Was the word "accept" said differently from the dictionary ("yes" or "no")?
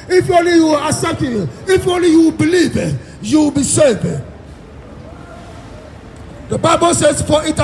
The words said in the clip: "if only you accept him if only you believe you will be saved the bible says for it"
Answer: yes